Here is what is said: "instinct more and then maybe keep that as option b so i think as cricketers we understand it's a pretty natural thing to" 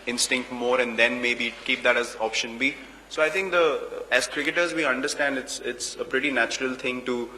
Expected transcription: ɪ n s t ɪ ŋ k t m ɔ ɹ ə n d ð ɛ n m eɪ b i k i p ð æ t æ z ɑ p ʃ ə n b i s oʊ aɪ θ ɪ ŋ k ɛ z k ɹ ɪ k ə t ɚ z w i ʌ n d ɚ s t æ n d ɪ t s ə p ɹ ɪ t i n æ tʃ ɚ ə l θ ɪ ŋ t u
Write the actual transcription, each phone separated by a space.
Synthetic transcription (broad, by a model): ɪ n s t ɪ ŋ k t m ɔ ɹ ə n d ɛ n m eɪ b i k i p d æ t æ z ɑ p ʃ ə n b i s oʊ aɪ t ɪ ŋ k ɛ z k ɹ ɪ k ə t ɚ z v i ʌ n d ɚ s t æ n d ɪ t s ə p ɹ ɪ t i n æ tʃ ɚ ə l t ɪ ŋ t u